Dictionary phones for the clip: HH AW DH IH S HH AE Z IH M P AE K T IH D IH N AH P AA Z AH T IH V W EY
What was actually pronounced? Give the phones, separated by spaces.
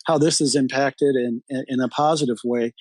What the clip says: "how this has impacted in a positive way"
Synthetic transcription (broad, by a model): HH AW DH IH S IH Z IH M P AE K T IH D IH N AH P AA Z AH T IH V W EY